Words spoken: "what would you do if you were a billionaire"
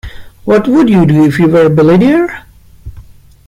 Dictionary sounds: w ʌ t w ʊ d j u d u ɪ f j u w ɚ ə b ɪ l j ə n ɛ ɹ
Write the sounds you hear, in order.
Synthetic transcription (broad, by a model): w ʌ t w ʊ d j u d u ɪ f j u w ɚ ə b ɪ l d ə ʌ ɹ